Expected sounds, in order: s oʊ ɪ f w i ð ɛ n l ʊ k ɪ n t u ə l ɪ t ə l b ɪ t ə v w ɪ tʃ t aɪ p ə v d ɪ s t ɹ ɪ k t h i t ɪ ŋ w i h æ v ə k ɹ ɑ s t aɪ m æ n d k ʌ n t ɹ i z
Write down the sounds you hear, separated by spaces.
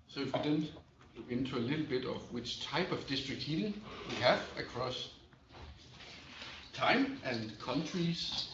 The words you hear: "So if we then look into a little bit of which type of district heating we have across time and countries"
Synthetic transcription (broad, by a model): s oʊ ɪ f w i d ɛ n w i ɪ n t u ə l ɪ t l b ɪ t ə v w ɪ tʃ t aɪ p ə v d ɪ s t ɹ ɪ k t h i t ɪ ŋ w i h æ v ə k ɹ ɑ s t aɪ m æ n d k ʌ n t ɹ i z